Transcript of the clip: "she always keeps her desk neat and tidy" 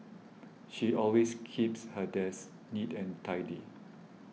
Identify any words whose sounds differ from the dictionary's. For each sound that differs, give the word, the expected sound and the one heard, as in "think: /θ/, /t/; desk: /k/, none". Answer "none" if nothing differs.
always: /z/, /s/